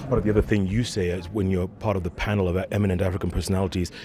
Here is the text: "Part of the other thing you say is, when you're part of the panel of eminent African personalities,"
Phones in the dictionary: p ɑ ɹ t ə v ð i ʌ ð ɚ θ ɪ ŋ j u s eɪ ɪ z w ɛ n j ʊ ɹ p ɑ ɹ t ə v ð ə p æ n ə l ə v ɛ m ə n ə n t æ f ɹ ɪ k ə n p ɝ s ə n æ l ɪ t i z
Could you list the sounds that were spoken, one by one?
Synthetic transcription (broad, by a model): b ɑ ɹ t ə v ð i ʌ ð ɚ θ ɪ ŋ j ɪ s eɪ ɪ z w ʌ n j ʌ ɹ p ɑ ɹ t ə v ð ə p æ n l ə v ɛ m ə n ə n t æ f ɹ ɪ k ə n p ɝ s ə n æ l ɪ t i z